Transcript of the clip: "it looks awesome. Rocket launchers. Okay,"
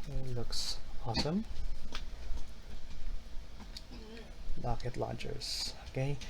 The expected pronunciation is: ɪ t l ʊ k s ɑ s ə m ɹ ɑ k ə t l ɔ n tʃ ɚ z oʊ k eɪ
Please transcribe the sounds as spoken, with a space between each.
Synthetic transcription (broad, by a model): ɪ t l ʊ k s ɑ s ə m l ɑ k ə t l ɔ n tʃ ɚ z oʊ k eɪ